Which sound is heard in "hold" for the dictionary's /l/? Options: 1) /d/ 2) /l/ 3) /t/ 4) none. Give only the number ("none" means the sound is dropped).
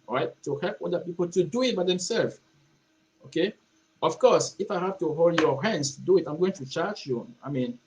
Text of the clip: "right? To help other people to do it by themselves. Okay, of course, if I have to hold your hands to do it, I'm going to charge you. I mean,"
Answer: 2